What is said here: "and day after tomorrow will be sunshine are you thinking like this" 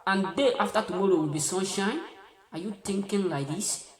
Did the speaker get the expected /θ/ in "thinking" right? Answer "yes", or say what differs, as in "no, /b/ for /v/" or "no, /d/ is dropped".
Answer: no, /t/ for /θ/